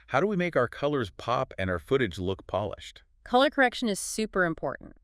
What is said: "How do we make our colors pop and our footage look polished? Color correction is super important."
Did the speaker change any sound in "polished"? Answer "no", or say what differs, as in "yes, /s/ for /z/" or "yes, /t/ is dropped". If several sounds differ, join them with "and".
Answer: no